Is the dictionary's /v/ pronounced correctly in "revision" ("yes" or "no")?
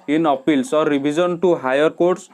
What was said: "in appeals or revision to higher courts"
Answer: no